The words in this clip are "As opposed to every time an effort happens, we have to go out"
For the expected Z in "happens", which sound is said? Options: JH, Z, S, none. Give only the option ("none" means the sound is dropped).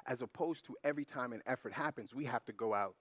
Z